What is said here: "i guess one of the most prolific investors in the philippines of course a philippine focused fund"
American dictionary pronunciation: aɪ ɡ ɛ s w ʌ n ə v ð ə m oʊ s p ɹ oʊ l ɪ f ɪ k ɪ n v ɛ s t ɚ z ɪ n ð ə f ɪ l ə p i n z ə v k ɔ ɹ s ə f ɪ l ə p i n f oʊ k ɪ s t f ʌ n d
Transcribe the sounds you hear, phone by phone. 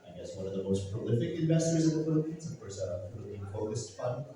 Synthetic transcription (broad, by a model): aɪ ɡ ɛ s w ʌ n ə v ð ə m oʊ s p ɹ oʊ l ɪ f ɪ k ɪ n v ɛ s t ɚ z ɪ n ð ə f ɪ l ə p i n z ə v k ɔ ɹ s ə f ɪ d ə ɪ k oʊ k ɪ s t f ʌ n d